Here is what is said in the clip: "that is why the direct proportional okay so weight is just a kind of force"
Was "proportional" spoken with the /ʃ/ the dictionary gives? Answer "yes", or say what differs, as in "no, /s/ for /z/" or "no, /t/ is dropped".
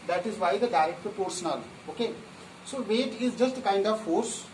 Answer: no, /s/ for /ʃ/